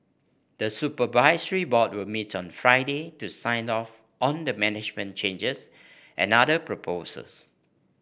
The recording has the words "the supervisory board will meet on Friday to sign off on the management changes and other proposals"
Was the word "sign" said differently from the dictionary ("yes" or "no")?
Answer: no